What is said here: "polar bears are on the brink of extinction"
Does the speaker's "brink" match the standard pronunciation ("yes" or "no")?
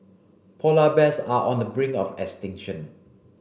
no